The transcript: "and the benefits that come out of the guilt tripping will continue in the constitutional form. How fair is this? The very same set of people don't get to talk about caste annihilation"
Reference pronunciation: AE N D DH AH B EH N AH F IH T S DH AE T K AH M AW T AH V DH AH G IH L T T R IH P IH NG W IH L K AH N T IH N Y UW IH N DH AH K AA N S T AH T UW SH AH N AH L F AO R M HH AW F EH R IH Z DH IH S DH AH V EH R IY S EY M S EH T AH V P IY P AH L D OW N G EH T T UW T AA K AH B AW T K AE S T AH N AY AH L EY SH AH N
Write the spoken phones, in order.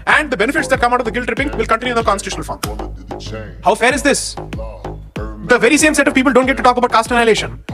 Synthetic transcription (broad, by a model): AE N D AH B EH N AH F IH T S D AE T K AH M AW T AH V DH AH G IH L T T R IH P IH NG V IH L K AH N T IH N Y UW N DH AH K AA N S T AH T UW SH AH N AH L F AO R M HH AW F EH R IH Z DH IH S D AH V EH R IY S EY M S EH T AH V P IY P AH L D OW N G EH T T UW T AA K AH B AW T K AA S T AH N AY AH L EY SH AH N